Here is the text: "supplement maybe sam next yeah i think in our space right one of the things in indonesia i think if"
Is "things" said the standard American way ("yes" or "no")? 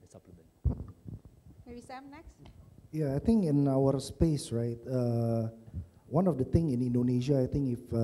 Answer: no